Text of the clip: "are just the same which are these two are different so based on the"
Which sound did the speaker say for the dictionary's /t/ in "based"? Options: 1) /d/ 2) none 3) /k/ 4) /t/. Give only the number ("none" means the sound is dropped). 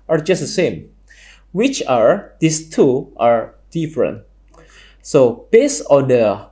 2